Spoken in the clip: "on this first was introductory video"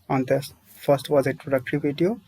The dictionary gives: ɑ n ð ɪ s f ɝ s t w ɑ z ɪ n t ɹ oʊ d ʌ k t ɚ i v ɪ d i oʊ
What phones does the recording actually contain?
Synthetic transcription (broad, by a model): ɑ n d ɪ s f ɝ s t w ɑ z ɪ t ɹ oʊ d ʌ k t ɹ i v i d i oʊ